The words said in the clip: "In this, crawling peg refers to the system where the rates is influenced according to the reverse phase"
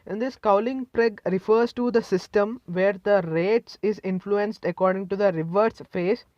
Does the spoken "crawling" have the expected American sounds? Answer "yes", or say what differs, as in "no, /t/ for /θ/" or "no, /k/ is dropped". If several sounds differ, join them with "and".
no, /ɹ/ is dropped